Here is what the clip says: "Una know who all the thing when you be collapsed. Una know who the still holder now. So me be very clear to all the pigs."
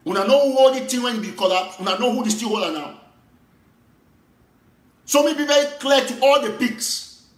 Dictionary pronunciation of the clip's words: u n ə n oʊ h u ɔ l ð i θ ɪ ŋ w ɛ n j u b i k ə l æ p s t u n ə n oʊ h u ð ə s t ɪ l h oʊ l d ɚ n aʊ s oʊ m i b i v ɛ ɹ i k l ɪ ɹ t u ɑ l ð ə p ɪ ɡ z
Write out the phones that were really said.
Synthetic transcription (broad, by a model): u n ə n oʊ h u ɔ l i t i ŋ w ɛ n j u b i k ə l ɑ u n ə n oʊ h u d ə s t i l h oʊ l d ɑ n aʊ s oʊ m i b i v ɛ ɹ i k l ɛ t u ɑ l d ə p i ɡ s